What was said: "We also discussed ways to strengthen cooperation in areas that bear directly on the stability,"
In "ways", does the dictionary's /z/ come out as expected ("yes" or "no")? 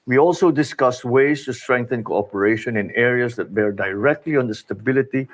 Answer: no